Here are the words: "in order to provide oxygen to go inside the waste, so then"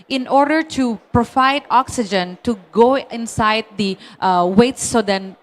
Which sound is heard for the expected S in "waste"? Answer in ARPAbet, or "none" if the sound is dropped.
none